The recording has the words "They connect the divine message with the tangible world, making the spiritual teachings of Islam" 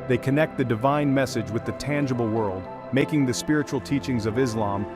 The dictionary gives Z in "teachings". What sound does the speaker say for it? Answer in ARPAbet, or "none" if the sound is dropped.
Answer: Z